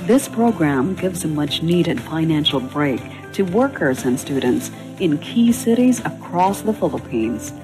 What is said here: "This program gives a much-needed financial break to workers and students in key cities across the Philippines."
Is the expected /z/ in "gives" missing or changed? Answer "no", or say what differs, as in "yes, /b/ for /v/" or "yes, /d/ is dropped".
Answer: no